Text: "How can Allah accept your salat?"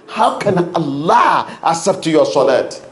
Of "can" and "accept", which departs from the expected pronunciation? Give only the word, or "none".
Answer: accept